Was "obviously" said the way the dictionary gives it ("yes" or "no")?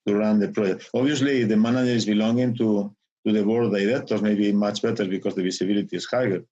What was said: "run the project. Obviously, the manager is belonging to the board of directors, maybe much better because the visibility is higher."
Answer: no